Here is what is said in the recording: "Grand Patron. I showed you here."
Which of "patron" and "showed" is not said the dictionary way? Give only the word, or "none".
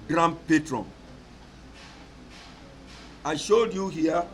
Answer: none